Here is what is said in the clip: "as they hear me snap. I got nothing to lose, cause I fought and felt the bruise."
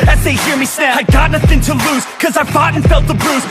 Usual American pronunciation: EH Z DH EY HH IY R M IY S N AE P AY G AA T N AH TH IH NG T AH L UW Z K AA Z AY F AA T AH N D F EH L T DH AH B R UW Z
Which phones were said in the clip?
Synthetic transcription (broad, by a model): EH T DH EY HH IY R M IY S N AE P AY G AA T N AH TH IH NG T AH L UW Z K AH Z AY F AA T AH N F EH L T DH AH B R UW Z